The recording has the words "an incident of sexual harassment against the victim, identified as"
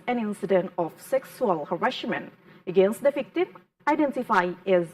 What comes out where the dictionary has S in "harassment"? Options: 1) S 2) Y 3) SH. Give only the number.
3